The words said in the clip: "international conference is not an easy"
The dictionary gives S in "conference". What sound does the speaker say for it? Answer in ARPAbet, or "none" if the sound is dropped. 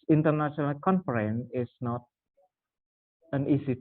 none